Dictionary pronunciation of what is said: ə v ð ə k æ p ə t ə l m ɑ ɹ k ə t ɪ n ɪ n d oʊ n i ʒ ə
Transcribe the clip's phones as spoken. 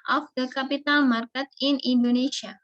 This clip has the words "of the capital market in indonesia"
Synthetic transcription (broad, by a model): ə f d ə k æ p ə t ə n m ɑ ɹ k ə t ɪ n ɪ n d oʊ n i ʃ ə